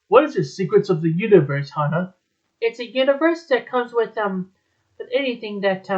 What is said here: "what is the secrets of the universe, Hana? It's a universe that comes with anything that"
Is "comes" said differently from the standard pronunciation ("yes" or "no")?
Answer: no